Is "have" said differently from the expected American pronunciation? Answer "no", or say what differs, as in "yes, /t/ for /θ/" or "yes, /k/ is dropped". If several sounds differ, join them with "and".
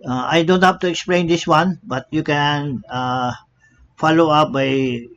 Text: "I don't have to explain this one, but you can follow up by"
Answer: yes, /f/ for /v/